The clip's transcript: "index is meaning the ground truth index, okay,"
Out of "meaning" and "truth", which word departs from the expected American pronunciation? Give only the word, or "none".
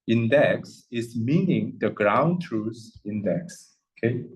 truth